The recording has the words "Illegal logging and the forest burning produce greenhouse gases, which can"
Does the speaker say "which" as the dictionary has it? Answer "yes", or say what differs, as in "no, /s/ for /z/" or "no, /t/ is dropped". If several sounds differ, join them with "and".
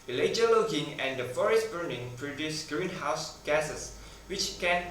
yes